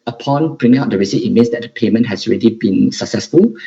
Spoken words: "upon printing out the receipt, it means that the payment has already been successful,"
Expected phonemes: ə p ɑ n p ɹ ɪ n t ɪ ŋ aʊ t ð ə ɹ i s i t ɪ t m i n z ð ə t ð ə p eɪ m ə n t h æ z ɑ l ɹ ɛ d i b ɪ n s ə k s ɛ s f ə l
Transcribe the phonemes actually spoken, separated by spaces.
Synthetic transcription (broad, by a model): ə p ɑ n b ɹ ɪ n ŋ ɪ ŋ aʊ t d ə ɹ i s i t ɪ t m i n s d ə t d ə p eɪ m ə n t h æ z ɑ l ɹ ɛ d i b ɪ n s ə k s ɛ s f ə l